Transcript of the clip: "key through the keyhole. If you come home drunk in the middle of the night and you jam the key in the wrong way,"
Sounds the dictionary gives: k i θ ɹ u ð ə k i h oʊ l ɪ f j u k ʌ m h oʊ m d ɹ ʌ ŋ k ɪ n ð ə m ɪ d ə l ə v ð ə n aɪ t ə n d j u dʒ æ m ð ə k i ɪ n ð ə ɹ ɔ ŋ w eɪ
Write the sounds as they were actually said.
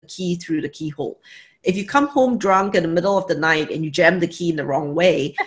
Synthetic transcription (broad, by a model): k i θ ɹ u ð ə k i h oʊ l ɪ f j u k ʌ m h oʊ m d ɹ ʌ ŋ k ɪ n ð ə m ɪ d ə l ə v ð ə n aɪ t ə n j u dʒ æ m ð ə k i ɪ n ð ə ɹ ɔ ŋ w eɪ